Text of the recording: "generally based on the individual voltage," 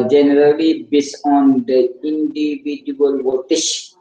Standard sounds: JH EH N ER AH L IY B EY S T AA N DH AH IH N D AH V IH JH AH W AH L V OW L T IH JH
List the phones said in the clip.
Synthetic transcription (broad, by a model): JH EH N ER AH L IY B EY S AA N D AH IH N D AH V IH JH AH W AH L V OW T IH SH